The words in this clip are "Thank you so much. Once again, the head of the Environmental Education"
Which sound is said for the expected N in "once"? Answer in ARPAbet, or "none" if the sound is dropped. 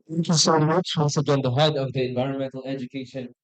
L